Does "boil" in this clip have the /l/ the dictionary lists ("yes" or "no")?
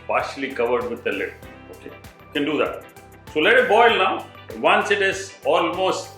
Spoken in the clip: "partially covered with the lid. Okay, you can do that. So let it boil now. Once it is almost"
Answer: yes